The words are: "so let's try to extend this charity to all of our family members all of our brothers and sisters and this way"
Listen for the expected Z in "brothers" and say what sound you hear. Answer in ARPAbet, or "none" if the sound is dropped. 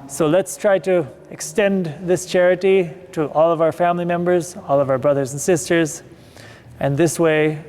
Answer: Z